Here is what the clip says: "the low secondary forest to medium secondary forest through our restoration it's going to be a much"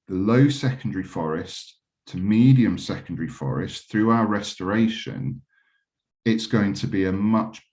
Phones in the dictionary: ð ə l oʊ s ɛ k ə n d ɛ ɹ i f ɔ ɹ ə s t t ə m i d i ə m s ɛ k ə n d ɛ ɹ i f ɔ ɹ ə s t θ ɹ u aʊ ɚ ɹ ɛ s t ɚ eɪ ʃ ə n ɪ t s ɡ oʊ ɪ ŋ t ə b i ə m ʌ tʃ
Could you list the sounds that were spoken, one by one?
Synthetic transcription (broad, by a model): ð ə l oʊ s ɛ k ə n d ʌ ɹ i f ɔ ɹ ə s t t ə m i d i ə m s ɛ k ə n d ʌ ɹ i f ɔ ɹ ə s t θ ɹ u aʊ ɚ ɹ ɛ s t ɚ eɪ ʃ ə n ɪ t s ɡ oʊ ɪ ŋ t ə b i ə m ʌ tʃ